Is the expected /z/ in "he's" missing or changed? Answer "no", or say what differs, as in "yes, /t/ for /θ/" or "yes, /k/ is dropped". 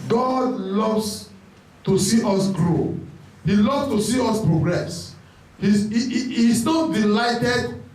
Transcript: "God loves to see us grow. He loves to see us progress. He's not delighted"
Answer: yes, /s/ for /z/